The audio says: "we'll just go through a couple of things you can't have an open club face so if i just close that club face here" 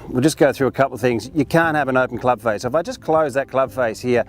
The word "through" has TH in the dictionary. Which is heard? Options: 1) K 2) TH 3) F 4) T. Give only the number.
2